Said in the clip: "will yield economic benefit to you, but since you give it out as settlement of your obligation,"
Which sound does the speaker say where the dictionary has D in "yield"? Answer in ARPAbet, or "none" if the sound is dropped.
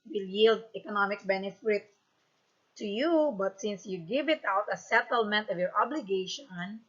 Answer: D